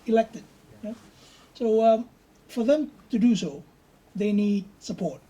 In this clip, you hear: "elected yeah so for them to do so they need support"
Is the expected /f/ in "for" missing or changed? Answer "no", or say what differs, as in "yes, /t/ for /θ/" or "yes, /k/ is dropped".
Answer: no